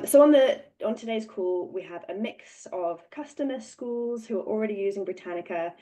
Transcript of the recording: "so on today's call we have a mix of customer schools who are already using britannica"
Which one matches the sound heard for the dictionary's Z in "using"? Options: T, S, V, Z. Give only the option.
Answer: Z